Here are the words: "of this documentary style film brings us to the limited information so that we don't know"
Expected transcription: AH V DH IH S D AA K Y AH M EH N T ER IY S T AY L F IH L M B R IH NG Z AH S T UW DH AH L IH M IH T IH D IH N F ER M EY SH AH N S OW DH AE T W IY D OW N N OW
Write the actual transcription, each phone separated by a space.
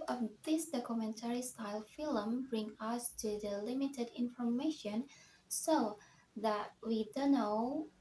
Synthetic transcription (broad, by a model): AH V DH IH S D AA K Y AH M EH N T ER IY S T AY L F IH L M B R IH NG AH S T UW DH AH L IH M IH T IH D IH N F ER M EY SH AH N S OW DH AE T W IY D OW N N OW